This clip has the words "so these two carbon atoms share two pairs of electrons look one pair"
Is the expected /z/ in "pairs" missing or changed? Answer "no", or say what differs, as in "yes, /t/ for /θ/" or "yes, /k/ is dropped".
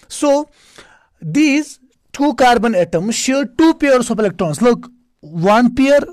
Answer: yes, /s/ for /z/